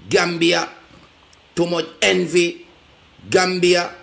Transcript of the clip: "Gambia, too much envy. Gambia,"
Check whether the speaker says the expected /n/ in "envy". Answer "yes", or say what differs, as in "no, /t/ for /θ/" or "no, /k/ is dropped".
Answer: yes